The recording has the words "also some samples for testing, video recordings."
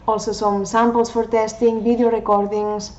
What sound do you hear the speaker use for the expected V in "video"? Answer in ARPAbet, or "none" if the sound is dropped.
B